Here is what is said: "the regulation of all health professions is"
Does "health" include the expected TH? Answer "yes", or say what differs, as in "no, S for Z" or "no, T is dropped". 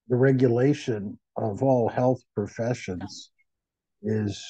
yes